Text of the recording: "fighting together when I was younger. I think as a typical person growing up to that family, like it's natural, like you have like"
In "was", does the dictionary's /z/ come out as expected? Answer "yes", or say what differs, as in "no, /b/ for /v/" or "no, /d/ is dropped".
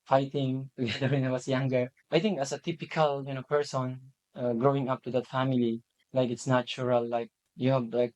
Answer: no, /s/ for /z/